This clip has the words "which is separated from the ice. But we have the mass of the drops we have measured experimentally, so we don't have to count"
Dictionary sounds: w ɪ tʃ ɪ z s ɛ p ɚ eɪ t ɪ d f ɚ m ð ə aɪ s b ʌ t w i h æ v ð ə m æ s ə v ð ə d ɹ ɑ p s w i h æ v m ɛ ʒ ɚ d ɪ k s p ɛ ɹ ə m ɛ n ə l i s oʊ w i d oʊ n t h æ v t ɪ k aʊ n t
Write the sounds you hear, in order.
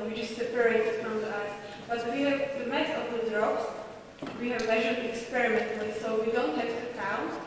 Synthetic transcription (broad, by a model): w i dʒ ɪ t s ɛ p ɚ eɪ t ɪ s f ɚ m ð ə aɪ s b ʌ t w i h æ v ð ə m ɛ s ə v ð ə d ɹ ɑ p s w i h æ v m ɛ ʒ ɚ ɪ k s p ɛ ɹ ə m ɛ n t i s oʊ w i d oʊ n t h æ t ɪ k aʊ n